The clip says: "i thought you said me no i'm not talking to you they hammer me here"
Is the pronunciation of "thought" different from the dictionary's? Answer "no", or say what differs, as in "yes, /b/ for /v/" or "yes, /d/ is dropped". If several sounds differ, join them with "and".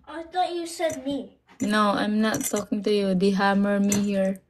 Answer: yes, /t/ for /θ/